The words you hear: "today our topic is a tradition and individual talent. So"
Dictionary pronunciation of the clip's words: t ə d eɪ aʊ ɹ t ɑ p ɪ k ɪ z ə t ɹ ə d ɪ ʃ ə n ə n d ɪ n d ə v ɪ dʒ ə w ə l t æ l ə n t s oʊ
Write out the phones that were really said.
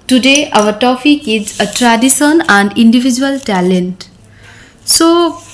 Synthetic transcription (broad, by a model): t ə d eɪ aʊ ɹ t ɑ p ɪ k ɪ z ə t ɹ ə d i s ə n ə n d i n d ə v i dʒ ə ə l t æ l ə n t s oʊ